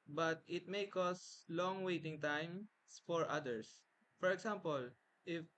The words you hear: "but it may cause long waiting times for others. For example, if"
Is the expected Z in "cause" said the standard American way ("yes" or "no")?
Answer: no